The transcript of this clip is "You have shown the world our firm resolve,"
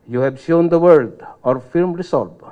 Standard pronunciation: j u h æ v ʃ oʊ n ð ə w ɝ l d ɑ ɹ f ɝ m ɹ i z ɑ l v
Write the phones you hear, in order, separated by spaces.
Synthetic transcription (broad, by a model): j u h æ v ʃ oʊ n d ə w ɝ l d ɑ ɹ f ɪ m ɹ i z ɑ l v